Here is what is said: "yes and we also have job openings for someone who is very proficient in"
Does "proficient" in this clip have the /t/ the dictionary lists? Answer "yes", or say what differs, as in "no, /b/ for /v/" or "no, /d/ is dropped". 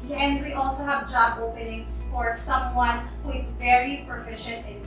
yes